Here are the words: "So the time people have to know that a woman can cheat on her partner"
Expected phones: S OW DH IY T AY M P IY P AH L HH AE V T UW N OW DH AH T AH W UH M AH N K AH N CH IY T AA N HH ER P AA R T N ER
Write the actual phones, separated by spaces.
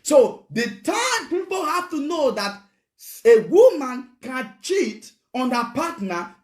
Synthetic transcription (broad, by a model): S OW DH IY T AY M P IY P AH L HH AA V T UW N OW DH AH T AH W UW M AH N K AH N CH IY T AA N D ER P AA T N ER